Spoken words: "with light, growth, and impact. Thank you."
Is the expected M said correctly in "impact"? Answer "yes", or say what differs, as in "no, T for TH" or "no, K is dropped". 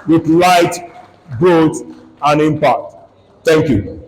yes